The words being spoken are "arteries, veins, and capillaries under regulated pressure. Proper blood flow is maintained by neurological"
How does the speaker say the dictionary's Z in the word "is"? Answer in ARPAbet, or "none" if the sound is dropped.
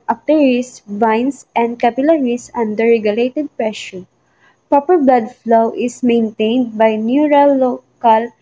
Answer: S